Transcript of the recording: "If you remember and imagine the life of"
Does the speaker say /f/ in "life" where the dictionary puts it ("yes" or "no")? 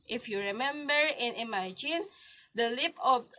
no